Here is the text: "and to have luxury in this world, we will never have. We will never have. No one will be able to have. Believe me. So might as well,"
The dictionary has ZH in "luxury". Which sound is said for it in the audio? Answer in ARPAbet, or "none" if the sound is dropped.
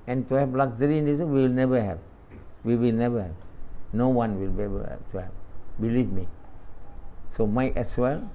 Z